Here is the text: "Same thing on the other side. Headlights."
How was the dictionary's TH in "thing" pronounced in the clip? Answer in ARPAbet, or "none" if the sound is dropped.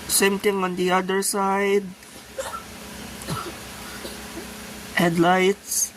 T